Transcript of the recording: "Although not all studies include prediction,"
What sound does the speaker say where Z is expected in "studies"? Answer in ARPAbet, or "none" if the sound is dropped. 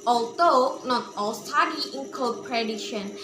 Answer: none